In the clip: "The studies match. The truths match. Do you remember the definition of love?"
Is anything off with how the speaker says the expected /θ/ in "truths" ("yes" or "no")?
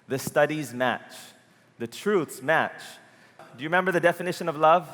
no